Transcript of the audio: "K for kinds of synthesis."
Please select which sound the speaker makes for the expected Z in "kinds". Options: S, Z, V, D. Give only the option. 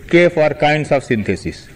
S